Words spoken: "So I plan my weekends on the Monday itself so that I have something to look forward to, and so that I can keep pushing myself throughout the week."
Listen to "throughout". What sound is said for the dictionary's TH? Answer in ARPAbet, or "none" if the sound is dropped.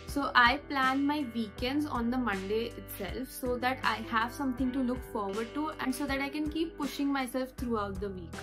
T